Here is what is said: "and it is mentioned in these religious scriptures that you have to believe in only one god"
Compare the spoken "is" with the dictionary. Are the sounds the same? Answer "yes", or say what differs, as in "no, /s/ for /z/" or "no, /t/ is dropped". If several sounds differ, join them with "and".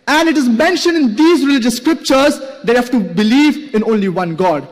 yes